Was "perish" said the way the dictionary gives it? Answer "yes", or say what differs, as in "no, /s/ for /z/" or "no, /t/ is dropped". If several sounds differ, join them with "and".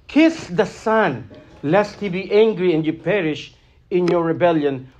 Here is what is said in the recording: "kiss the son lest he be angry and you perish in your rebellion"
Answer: yes